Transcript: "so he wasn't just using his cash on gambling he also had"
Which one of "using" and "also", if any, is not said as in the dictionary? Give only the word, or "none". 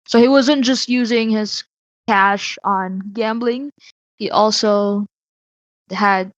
none